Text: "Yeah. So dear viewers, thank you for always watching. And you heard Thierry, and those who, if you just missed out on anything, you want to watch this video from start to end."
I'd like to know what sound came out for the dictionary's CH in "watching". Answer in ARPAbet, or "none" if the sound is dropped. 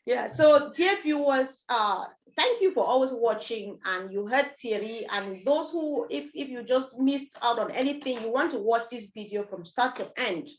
CH